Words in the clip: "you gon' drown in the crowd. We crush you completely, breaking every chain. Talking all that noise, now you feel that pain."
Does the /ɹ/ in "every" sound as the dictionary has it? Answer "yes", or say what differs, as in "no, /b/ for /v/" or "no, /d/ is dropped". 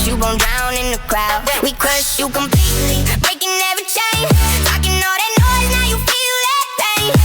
no, /ɹ/ is dropped